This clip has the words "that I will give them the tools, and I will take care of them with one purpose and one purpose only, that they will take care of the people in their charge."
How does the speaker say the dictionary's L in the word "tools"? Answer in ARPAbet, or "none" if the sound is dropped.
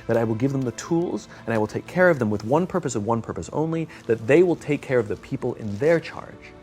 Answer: L